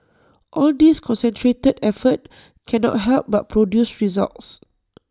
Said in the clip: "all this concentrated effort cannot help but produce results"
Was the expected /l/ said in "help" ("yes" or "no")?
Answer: yes